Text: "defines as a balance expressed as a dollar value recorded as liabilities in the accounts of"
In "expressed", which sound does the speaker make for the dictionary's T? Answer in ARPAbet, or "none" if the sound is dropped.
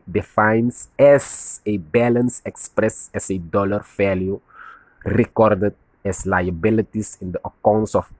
none